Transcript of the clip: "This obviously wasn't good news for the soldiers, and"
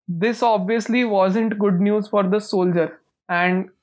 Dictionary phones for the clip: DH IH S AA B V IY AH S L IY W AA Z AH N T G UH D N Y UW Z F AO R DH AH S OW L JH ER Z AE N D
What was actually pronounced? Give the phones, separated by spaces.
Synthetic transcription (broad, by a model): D IH S AA B V IY AH S L IY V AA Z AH N T G UH D N Y UW Z F AO R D AH S OW L JH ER AE N D